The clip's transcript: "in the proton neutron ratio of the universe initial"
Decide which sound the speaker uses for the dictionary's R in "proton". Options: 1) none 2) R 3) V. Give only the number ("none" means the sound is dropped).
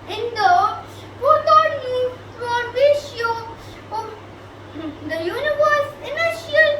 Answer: 1